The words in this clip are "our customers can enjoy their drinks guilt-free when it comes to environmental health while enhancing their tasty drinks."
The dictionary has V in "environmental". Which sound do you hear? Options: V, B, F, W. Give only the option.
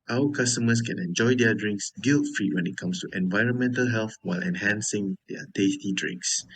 V